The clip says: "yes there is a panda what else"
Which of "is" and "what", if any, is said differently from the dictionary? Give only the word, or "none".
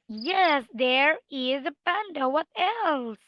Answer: none